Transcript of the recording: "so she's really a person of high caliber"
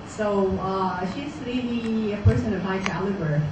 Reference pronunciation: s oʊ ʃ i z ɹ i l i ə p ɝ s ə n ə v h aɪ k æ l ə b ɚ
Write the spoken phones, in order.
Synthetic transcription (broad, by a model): s oʊ ʃ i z l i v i ə p ɝ s ə n ə v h aɪ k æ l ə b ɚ